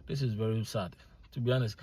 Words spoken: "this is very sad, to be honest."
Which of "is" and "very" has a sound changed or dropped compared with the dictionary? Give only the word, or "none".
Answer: none